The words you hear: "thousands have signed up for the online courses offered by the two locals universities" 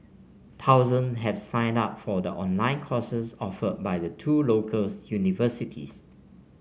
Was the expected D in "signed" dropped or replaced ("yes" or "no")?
no